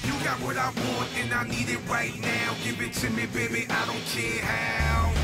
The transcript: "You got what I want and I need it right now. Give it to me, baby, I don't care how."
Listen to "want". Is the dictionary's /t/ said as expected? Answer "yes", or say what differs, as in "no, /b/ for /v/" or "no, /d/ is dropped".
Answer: no, /t/ is dropped